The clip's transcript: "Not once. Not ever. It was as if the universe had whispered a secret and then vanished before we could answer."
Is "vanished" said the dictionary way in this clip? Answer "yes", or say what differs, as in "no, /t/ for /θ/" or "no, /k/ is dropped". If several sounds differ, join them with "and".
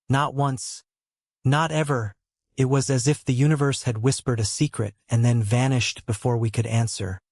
yes